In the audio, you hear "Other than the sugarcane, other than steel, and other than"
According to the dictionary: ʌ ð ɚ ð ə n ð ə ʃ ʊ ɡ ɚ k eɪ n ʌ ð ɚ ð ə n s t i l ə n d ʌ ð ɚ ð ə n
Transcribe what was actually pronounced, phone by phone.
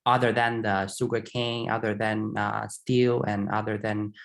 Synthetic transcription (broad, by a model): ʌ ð ɚ ð ə n ð ə s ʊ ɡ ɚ k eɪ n ʌ ð ɚ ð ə n s t i l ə n ʌ ð ɚ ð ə n